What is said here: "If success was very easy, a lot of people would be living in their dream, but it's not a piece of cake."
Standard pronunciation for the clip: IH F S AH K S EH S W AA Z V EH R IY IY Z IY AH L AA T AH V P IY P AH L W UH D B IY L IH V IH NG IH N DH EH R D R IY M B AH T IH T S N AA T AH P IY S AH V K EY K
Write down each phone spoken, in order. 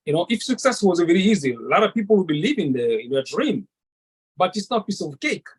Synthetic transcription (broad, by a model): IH F S AH K S EH S W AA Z V EH R IY IY Z IY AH L AA T AH V P IY P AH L W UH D B IY L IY V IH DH IH N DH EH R D R IY M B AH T IH T S N AA T P IY S AH V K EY K